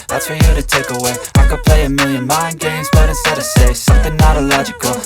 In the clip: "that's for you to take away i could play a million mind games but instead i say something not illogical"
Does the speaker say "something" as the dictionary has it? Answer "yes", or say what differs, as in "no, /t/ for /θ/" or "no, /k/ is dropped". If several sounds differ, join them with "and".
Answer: yes